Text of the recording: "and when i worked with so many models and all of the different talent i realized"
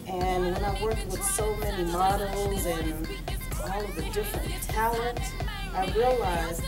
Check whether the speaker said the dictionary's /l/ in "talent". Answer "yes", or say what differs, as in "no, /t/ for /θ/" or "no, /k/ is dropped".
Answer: no, /l/ is dropped